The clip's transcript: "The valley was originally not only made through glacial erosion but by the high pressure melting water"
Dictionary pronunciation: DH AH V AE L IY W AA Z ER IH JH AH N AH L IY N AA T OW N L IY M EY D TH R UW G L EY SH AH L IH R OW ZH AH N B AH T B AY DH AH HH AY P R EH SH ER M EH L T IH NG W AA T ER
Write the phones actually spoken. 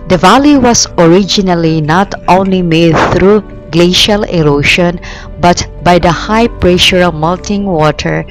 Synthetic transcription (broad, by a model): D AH V AE L IY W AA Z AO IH JH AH N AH L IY N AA T OW N L IY M EY D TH R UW G L EY SH AH L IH R OW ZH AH N B AH T B AY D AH HH AY P R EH SH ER M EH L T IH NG W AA T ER